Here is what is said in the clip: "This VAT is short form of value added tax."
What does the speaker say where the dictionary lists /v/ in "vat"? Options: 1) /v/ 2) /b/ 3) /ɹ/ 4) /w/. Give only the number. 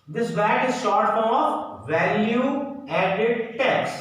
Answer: 2